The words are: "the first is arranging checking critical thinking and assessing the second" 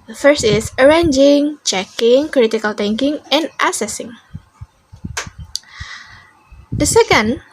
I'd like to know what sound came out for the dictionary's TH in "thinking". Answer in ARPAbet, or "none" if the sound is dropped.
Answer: T